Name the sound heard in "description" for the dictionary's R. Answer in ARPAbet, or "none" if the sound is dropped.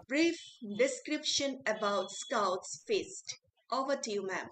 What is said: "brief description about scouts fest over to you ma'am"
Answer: R